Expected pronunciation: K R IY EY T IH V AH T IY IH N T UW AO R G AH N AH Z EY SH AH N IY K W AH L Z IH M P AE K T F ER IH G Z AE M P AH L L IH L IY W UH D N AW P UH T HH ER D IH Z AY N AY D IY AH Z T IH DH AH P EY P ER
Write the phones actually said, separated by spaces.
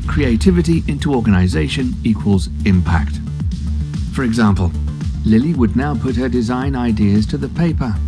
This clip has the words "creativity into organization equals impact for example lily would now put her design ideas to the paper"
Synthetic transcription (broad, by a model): K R IY EY T IH V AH T IY IH N T UW AO R G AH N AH Z EY SH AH N IY K W AH L Z IH M P AE K T F ER IH G Z AE M P AH L L IH L IY W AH D N AW P UH T HH ER D IH Z AY N AY D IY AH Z T IH DH AH P EY P ER